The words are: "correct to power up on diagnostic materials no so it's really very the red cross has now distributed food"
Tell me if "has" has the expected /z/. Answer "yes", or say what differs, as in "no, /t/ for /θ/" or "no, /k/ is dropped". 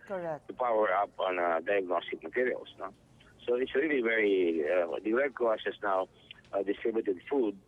no, /s/ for /z/